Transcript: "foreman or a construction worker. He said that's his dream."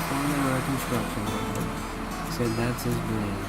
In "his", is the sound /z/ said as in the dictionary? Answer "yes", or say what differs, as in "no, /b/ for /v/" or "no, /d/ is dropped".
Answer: yes